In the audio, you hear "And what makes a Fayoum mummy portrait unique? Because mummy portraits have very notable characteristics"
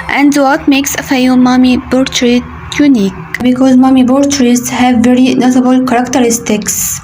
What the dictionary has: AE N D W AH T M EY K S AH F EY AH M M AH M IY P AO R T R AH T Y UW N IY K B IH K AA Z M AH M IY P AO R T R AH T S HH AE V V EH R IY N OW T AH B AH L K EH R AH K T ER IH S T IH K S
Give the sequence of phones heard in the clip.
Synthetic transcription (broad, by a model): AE N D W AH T M EY K S AH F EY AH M M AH M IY B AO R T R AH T Y UW N IY K B IH K AA Z M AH M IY B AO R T R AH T S HH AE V V EH R IY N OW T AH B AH L K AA R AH K T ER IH S T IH K S